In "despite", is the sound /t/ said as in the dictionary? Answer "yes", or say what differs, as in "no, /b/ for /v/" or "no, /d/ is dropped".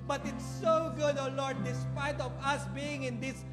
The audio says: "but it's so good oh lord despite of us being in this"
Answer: yes